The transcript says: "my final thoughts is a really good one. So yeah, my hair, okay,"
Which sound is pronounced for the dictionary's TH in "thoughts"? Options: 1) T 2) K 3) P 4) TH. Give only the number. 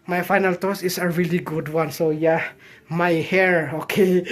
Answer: 1